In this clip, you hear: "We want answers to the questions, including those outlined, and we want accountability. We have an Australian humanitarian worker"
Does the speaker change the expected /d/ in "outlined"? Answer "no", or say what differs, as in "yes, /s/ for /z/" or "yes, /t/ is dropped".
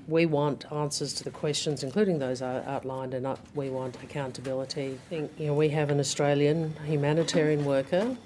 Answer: no